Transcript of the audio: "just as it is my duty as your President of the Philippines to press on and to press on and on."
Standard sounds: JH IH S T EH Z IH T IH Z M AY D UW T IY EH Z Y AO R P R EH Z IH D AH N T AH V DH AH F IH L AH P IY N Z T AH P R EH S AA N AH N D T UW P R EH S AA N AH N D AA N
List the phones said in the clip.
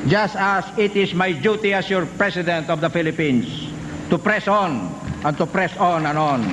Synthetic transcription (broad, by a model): JH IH S T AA S IH T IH S M AY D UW T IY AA S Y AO R P R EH S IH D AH N T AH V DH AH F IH L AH P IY N S T AH P R EH S AA N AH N T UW P R EH S AA N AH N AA N